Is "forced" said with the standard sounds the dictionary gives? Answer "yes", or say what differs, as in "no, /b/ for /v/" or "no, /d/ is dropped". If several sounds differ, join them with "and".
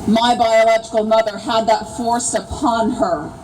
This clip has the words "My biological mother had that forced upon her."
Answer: no, /t/ is dropped